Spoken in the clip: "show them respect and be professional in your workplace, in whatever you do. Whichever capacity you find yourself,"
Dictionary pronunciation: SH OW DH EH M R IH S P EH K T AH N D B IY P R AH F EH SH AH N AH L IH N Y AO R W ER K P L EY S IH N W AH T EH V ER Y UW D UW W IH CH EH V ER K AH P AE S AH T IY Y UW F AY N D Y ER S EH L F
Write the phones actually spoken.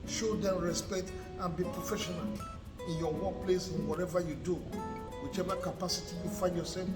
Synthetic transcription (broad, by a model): SH OW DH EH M R IH S P EH K T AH N B IY P R AH F EH SH AH N AH L IH N Y AO W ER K P L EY S IH N W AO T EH V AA Y UW D UW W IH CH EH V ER K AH P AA S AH T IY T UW F AY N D Y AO S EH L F